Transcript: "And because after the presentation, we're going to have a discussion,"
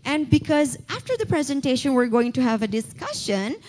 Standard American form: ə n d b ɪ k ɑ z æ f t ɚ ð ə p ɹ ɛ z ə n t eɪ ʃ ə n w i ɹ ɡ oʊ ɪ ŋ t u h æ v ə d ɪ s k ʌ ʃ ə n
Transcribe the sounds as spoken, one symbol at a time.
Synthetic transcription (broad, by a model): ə n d b ɪ k ɑ z æ f t ɚ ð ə p ɹ ɛ z ə n t eɪ ʃ ə n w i ɹ ɡ oʊ ɪ ŋ t u h æ v ə d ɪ s k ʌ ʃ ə n